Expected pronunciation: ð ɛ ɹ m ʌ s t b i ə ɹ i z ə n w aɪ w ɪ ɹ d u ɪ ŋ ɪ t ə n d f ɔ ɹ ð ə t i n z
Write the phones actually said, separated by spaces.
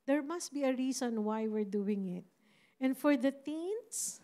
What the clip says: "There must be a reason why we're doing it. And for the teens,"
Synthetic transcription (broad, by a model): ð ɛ ɹ m ʌ s t b i ə ɹ i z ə n w aɪ w ɪ ɹ d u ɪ ŋ ɪ t ə n d f ɔ ɹ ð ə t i n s